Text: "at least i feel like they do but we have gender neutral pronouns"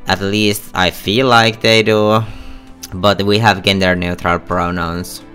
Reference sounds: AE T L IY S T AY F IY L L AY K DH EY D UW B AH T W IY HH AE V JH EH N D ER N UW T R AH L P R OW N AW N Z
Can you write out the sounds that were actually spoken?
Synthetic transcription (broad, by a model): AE T L IY S T AY F IY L L AY K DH EY D UW B AH T W IY HH AE V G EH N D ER N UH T R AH L P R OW N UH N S